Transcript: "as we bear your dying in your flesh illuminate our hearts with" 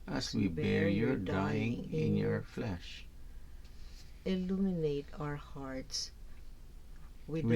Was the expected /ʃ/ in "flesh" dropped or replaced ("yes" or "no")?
no